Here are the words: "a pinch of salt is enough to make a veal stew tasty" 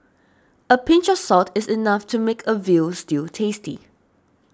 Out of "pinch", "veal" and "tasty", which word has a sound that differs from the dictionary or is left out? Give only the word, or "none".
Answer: none